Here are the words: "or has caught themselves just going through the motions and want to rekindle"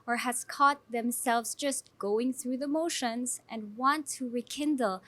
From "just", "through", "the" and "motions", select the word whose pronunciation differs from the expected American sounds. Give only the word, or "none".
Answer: none